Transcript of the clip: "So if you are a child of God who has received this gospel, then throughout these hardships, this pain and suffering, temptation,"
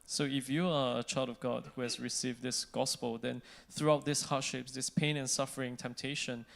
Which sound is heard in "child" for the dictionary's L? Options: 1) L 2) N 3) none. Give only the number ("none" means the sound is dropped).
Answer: 1